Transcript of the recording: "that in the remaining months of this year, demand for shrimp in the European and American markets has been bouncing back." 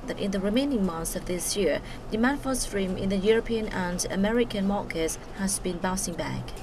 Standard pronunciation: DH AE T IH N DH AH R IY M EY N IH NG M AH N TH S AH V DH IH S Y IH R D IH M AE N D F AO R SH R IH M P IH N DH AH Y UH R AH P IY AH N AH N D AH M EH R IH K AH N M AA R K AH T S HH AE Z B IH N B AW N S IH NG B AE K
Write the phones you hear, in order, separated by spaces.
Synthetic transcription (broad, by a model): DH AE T IH N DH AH R IY M EY N IH NG M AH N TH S AH V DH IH S Y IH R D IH M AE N F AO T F R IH M IH N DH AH Y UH R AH P IY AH N AH N D AH M EH R IH K AH N M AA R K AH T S HH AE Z B IH N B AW S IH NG B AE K